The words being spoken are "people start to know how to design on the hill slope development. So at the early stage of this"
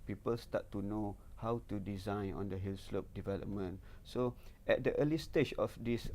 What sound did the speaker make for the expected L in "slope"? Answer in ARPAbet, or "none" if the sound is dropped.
L